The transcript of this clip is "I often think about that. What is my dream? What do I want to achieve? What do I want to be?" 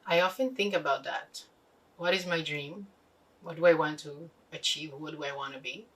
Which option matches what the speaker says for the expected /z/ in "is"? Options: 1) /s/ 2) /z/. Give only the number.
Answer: 2